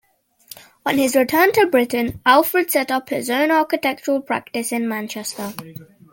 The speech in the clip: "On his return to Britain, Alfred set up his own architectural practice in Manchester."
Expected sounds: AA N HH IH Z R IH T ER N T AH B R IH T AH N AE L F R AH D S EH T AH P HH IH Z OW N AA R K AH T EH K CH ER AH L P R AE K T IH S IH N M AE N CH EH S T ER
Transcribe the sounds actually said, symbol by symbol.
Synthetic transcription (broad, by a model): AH N IH Z R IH T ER N T AH B R IH T N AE L F R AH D S EH T AH P HH IH Z OW N AA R K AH T EH K CH ER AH L P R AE K T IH S IH N M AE N CH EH S T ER